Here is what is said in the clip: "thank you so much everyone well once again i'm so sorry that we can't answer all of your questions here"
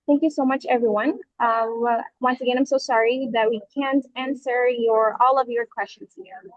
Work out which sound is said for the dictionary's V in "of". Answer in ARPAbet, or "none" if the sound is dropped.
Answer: V